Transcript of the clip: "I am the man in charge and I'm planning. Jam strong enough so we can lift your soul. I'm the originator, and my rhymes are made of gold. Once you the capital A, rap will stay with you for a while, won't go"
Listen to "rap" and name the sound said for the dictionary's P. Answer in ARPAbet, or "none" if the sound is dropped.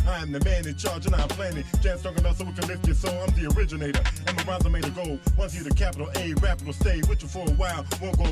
P